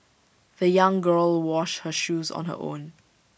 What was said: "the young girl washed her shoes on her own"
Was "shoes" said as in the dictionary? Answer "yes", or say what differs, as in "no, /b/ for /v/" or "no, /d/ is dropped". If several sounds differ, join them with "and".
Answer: yes